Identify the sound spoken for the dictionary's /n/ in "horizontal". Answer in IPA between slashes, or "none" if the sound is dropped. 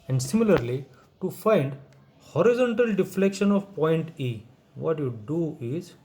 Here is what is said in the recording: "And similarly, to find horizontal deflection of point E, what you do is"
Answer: /n/